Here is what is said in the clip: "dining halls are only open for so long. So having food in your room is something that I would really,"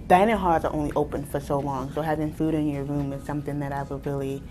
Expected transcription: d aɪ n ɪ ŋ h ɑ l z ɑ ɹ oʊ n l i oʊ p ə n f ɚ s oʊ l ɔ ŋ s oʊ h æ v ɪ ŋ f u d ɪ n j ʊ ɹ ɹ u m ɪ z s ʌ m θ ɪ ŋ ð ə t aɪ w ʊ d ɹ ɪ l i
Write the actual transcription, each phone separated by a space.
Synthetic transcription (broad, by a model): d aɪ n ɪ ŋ h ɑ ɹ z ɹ oʊ n l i oʊ p ə n f ɚ s oʊ l ɔ ŋ s oʊ h æ v ɪ ŋ f u d ɪ n j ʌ ɹ ɹ u m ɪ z s ʌ m θ ɪ ŋ ð ə t aɪ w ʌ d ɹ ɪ l i